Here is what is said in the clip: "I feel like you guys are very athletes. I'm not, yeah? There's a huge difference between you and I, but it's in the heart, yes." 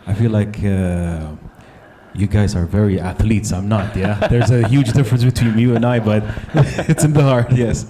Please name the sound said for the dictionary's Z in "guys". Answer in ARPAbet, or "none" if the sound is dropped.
Z